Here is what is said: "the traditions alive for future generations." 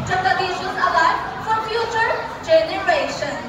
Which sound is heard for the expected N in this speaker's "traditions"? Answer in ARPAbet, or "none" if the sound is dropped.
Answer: none